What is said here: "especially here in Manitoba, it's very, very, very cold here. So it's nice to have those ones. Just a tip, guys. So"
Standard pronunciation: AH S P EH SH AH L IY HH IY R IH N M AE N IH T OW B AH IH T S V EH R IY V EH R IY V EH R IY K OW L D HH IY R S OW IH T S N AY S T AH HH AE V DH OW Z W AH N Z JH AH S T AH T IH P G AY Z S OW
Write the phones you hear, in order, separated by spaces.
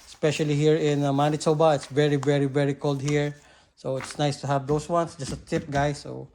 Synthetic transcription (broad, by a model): S P EH SH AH L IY HH IY R IH N M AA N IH S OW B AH IH T S V EH R IY V EH R IY V EH R IY K OW L D HH IY R S OW IH T S N AY S T AH HH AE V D OW S W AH N S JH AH S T AH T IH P G AY S OW